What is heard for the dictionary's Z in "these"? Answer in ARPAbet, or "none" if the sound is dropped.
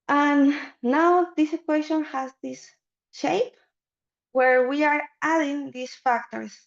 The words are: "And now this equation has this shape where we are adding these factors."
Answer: S